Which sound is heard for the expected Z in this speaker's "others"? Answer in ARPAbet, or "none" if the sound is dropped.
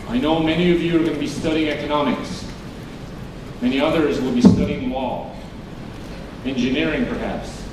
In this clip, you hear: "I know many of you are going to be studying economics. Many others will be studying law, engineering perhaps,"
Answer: Z